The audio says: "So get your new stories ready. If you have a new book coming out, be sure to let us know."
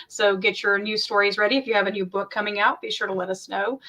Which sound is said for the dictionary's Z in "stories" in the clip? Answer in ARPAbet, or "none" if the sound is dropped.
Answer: Z